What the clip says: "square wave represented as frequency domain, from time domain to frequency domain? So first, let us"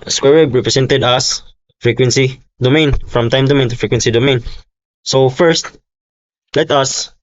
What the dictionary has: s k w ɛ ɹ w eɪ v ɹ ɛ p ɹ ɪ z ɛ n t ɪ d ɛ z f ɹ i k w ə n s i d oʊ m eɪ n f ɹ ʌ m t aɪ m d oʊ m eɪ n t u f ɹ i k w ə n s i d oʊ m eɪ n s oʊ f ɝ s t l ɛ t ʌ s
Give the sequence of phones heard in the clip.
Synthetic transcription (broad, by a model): s k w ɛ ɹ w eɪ b ɹ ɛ p ɹ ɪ s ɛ n t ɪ d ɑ s f ɹ i k w ə n s i d oʊ m eɪ n f ɹ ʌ m t aɪ m d oʊ m eɪ n t u f ɹ i k w ə n s i d oʊ m eɪ n s oʊ f ɝ s t l ɛ t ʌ s